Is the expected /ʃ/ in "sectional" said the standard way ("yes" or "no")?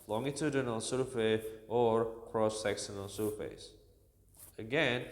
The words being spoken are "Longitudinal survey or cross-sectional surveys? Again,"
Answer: no